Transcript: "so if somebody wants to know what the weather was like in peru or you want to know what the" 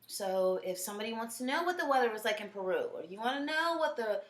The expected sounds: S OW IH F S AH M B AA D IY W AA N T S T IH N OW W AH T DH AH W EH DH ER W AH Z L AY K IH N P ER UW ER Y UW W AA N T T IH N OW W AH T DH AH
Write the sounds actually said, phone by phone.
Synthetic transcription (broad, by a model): S OW IH F S AH M B AA D IY W AA N T S T IH N OW W AH T DH AH W EH DH ER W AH Z L AY K IH N P ER UW ER Y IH W AA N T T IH N OW W AH T DH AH